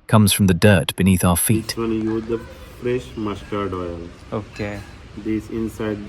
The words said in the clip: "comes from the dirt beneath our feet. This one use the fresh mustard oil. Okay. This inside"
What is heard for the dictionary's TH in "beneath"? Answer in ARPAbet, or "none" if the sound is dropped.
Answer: TH